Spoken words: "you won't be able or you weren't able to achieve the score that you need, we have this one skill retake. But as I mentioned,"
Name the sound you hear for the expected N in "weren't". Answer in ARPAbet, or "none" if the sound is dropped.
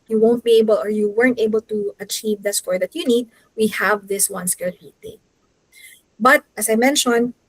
N